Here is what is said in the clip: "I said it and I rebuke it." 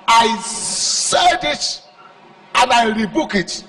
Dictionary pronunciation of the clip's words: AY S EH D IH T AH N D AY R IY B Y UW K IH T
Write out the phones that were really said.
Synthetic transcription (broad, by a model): AY S EH D IH T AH N AY R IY B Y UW K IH T